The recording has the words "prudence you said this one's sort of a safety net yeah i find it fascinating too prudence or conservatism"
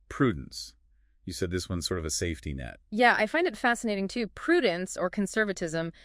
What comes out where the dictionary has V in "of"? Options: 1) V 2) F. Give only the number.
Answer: 1